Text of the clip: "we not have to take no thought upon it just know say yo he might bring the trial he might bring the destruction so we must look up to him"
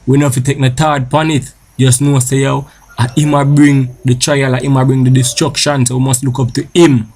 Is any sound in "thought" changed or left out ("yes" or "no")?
yes